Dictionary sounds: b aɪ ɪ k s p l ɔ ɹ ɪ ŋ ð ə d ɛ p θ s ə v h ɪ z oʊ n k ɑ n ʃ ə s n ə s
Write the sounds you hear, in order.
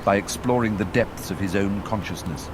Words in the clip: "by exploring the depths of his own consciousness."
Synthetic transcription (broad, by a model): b aɪ ɪ k s p l ɔ ɹ ɪ ŋ ð ə d ɛ p θ s ə v ɪ z oʊ n k ɑ n ʃ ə s n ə s